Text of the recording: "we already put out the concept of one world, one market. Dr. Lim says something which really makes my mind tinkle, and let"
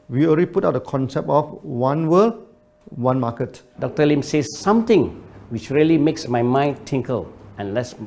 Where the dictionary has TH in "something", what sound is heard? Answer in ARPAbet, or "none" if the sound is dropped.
T